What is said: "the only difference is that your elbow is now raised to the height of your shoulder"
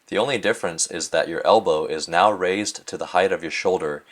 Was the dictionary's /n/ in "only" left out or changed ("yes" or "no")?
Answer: no